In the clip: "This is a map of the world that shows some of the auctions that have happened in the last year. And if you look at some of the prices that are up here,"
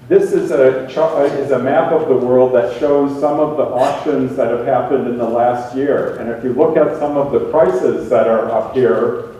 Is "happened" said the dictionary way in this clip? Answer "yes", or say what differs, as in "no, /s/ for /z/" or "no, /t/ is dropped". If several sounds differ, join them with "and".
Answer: yes